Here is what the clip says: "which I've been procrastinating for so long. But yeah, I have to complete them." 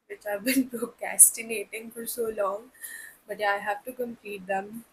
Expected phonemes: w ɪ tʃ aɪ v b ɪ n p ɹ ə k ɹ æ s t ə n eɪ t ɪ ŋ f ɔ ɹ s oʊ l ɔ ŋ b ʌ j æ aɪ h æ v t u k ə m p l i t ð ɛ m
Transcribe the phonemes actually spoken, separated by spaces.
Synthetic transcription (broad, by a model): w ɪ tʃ aɪ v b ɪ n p ɹ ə k æ s t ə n eɪ t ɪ ŋ f ɔ ɹ s oʊ l ɔ ŋ b ʌ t aɪ h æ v t u k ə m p i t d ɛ m